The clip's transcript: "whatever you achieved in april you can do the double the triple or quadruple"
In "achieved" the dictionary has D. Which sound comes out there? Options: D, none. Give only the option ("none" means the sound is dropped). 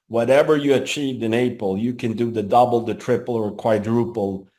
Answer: D